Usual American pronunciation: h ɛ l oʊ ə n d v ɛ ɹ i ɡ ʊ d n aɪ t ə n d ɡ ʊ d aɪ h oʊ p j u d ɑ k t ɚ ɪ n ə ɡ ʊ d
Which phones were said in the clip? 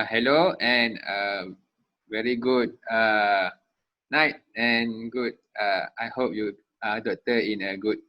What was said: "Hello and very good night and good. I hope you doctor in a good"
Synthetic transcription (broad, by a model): h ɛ l oʊ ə n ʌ v ɛ ɹ i ɡ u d n aɪ t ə n ɡ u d aɪ h oʊ p j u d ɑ t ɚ ɪ n ə ɡ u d